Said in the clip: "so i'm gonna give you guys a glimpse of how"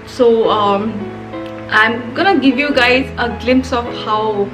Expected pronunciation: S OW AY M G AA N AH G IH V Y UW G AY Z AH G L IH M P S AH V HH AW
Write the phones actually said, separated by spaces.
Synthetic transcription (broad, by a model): S OW AY M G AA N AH G IH V Y UW G AY Z AH G L IH M P S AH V HH AW